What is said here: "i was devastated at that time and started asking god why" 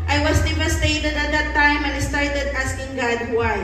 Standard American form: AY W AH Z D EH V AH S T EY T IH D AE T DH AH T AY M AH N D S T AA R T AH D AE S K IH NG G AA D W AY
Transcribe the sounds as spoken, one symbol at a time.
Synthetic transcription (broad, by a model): AY W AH S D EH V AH S T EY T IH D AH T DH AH T AY M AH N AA S T AA R T AH D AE S K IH NG G AA D W AY